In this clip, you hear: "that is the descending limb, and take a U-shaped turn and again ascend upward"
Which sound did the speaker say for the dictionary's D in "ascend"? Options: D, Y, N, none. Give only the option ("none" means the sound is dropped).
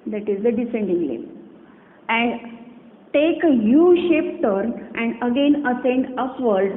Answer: D